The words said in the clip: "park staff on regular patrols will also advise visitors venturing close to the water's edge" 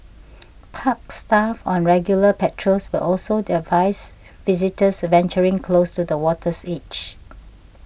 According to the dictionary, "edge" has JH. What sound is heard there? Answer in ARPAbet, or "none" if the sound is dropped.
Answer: CH